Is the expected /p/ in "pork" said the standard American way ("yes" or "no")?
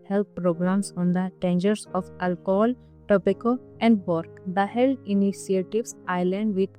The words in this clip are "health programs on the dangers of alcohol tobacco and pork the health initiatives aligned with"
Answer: no